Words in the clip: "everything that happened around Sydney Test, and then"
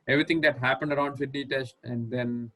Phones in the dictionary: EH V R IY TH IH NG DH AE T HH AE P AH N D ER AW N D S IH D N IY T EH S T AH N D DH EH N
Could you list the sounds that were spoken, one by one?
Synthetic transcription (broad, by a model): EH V R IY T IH NG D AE T HH AE P AH N D ER AW N D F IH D IY T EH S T AH N D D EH N